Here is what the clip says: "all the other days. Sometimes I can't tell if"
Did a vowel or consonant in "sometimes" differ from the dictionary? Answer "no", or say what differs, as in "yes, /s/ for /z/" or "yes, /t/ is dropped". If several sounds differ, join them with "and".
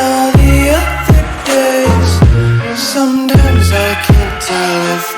no